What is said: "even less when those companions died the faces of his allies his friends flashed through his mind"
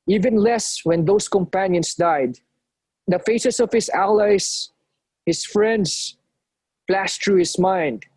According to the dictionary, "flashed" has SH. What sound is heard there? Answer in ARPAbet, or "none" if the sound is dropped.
S